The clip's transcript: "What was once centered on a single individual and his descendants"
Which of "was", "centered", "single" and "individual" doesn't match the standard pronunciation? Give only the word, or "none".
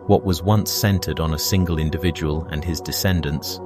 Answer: none